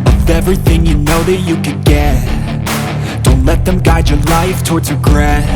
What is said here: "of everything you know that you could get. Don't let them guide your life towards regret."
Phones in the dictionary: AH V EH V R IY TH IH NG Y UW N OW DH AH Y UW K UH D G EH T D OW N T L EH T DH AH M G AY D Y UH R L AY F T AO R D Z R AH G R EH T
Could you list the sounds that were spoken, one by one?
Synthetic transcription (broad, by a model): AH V EH V R IY TH IH NG Y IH N OW DH AH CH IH K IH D G EH T D OW N T L EH T DH AH M G AY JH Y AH R L AY F T AO R D Z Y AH G R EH